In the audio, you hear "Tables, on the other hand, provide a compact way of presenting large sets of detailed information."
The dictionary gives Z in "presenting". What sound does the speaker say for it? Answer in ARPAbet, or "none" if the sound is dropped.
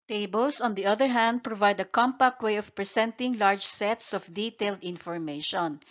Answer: S